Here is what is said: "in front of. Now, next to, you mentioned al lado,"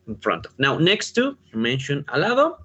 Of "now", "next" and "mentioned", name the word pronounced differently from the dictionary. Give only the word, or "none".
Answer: mentioned